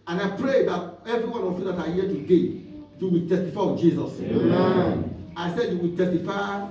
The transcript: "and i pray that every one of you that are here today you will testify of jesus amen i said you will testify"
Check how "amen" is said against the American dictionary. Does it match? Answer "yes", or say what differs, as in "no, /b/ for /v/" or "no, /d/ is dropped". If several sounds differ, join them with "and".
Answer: no, /m/ is dropped